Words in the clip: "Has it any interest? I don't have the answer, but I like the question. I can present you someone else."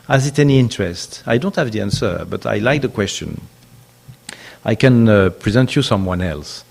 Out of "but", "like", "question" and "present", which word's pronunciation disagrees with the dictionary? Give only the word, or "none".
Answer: none